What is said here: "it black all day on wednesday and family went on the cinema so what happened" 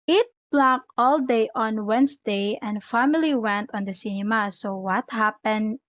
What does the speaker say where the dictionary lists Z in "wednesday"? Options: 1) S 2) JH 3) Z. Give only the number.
1